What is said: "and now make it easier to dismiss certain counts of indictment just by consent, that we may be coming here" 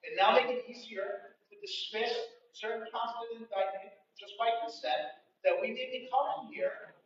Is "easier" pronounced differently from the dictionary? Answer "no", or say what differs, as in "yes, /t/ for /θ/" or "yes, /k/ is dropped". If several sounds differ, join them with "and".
no